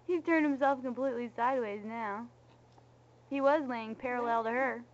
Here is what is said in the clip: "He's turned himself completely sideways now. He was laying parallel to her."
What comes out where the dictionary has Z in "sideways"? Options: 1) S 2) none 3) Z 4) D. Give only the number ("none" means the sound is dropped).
3